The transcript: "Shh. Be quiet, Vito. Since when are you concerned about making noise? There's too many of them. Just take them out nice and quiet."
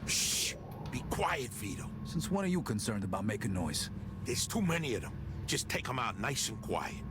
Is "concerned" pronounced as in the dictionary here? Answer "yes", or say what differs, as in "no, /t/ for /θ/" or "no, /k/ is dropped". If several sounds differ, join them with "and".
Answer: yes